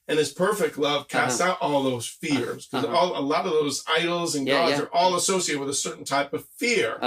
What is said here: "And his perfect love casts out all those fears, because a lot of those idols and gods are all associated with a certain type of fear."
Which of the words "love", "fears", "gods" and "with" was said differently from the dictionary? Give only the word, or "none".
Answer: none